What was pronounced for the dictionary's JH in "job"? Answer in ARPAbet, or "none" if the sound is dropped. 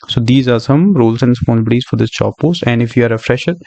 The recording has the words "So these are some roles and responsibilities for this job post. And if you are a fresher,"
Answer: CH